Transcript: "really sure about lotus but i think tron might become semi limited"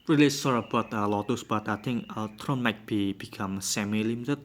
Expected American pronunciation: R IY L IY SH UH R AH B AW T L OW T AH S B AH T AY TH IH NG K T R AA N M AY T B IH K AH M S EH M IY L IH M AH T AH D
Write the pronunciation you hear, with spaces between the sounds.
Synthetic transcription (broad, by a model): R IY L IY S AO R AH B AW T L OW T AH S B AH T AY T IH NG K T R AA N M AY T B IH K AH M S EH M IY L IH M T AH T